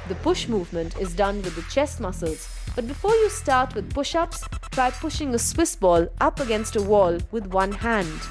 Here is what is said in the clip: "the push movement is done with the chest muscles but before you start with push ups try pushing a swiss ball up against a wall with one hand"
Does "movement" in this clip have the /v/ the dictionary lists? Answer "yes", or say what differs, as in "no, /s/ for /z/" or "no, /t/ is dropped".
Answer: yes